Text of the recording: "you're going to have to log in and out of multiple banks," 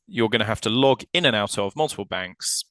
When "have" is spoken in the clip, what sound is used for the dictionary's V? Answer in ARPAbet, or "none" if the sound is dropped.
F